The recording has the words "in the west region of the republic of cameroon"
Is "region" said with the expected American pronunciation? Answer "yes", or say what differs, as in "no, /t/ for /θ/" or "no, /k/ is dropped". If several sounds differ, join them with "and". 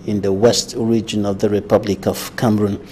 yes